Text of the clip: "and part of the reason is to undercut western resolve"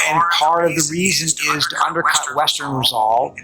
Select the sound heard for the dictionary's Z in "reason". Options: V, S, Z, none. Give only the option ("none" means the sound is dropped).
Z